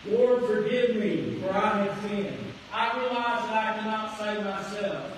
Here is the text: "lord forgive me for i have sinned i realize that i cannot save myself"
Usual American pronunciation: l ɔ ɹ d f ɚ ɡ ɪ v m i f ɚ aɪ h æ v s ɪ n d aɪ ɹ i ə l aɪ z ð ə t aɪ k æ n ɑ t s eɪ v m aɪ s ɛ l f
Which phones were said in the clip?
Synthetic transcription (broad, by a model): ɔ ɹ f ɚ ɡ ɪ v m i f ɚ aɪ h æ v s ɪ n aɪ ɹ i ə l aɪ z ð ə t aɪ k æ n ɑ t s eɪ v m aɪ s ɛ l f